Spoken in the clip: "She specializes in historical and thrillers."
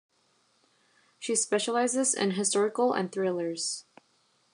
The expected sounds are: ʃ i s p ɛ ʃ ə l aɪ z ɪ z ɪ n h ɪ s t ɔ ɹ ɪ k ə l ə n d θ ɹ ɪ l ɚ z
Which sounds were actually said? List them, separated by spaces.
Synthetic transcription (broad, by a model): ʃ i s p ɛ ʃ ə l aɪ z ɪ z ɪ n h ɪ s t ɔ ɹ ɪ k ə l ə n θ ɹ ɪ l ɚ z